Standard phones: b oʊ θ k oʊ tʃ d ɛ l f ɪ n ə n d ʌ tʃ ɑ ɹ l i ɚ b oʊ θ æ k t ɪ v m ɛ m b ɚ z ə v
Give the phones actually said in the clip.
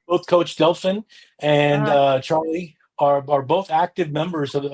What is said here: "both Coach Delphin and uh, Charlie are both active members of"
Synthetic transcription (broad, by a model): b oʊ θ k oʊ tʃ d ɛ l f ɪ n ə n ʌ tʃ ɑ ɹ l i ɚ b oʊ θ æ k t ɪ v m ɛ m b ɚ z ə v